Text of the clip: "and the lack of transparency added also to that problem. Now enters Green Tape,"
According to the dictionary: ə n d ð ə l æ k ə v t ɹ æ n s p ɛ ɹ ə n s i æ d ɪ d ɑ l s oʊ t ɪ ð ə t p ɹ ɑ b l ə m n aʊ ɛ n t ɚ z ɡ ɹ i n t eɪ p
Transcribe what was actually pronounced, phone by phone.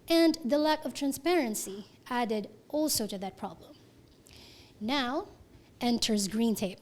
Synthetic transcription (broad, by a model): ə n ð ə l æ k ə v t ɹ æ n s p ɛ ɹ ə n s i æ d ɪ d ɑ l s oʊ t ɪ ð ə t p ɹ ɑ b l ə m n aʊ ɛ n t ɚ z ɡ ɹ i n t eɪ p